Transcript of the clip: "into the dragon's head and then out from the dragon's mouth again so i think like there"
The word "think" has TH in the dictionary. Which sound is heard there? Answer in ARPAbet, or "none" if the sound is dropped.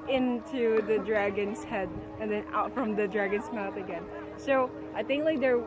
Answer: TH